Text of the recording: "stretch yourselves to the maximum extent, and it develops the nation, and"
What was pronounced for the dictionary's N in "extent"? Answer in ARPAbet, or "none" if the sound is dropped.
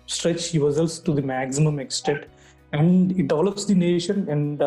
none